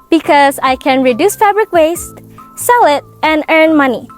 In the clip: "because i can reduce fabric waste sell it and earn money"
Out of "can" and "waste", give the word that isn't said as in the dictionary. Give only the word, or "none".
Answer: none